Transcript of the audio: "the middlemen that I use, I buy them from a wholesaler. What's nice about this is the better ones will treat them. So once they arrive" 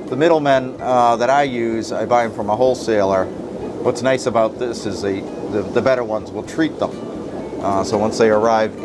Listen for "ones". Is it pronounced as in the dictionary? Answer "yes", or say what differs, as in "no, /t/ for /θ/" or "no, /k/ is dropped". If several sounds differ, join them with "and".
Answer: yes